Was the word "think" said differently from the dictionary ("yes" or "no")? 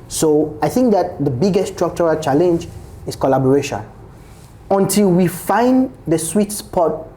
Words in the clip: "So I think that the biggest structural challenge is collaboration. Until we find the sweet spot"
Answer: no